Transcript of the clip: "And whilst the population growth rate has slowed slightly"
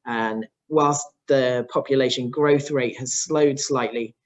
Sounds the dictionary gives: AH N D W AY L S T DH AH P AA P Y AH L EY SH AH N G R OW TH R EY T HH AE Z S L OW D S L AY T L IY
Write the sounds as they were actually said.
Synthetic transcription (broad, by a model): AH N W AY L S DH AH P AA P Y AH L EY SH AH N G R OW TH R EY T HH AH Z S L OW D S L AY T L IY